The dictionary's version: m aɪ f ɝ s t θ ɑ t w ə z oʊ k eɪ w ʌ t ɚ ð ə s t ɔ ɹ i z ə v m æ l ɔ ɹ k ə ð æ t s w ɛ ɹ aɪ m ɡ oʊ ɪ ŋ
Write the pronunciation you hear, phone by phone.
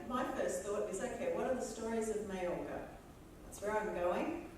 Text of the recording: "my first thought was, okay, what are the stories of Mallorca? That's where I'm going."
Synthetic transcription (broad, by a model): m aɪ f ɝ s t θ ɑ t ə z oʊ k eɪ w ʌ t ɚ ð ə s t ɔ ɹ i z ə v m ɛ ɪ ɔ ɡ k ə ð æ t s w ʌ ɹ aɪ m ɡ oʊ ɪ ŋ